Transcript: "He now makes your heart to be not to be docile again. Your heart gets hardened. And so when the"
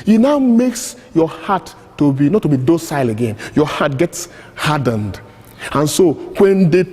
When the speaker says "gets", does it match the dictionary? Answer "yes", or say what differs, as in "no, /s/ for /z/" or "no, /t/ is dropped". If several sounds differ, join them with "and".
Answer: yes